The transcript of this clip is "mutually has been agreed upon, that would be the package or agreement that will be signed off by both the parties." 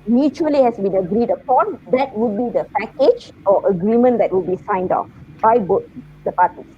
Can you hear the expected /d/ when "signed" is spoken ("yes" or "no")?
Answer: yes